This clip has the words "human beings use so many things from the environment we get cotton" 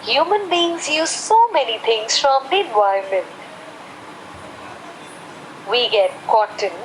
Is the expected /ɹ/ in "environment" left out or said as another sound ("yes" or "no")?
yes